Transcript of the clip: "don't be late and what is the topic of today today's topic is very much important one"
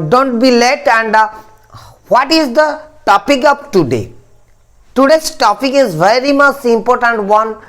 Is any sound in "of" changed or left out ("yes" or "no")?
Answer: yes